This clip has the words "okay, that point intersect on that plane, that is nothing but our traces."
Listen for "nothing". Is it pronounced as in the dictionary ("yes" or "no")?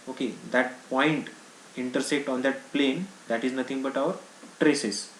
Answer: no